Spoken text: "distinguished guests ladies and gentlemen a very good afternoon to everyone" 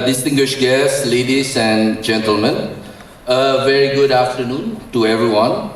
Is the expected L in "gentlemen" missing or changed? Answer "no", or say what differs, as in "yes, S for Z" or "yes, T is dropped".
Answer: no